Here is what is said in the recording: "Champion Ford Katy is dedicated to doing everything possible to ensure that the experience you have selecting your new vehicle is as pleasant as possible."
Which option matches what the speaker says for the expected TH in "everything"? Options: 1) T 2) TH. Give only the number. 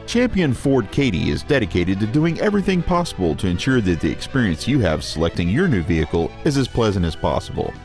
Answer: 2